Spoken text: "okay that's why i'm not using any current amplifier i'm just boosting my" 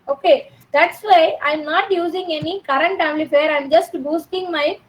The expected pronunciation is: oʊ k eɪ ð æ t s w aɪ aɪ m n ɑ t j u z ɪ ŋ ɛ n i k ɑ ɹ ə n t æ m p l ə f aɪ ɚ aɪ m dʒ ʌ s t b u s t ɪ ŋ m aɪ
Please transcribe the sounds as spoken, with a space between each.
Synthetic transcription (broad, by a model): oʊ k eɪ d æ t s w aɪ aɪ m n ɑ t j u z ɪ ŋ ɛ n i k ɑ ɹ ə n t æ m l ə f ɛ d aɪ m dʒ ʌ s t b u s t ɪ ŋ m aɪ